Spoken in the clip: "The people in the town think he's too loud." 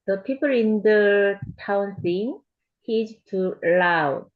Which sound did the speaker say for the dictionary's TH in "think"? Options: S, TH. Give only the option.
S